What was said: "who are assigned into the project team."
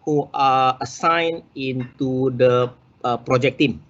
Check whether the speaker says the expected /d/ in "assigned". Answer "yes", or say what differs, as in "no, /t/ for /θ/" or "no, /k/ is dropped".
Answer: no, /d/ is dropped